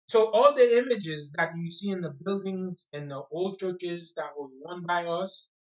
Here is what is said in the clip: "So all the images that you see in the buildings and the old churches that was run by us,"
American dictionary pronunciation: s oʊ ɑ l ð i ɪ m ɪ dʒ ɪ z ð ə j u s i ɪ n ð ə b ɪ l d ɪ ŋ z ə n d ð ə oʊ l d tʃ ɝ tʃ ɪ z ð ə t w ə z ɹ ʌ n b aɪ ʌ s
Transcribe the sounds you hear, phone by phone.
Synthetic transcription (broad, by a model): s oʊ ɑ l ð i ɪ m ɪ dʒ ɪ z ð ə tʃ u s i ɪ n ð ə b ɪ l d ɪ ŋ z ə n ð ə oʊ l d tʃ ɝ tʃ ɪ z ð ə t w ə z w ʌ n b aɪ ʌ s